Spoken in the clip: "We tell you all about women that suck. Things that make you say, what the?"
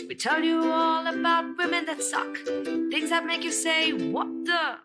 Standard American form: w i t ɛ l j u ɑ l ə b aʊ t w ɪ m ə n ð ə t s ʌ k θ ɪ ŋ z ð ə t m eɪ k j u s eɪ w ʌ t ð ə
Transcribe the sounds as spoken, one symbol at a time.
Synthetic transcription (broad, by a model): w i t ɛ l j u ɑ l ə b aʊ t w ɪ m ə n ð ə t s ʌ k θ ɪ ŋ z ð ə t m eɪ k j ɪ s eɪ w ʌ t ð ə